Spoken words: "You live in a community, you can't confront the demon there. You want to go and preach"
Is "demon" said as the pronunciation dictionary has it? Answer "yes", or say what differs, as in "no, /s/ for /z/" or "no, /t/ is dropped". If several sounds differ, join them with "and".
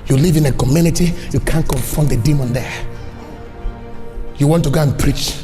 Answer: yes